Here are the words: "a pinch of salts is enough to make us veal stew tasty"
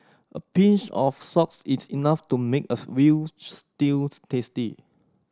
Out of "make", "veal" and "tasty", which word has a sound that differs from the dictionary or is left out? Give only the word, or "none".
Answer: veal